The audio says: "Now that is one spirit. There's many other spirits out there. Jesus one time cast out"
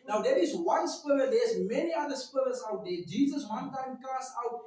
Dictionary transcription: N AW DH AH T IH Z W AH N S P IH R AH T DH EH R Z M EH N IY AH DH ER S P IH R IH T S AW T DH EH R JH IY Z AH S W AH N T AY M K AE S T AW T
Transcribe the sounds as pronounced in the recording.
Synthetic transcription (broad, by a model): N AW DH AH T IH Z W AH N S P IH L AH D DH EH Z M EH N IY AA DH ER S P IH L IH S AW T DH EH JH IY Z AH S W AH N T AY M K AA S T AW T